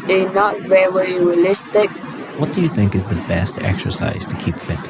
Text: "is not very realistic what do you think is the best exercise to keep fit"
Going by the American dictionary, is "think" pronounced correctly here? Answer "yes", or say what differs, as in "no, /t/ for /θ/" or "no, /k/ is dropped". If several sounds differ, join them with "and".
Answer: yes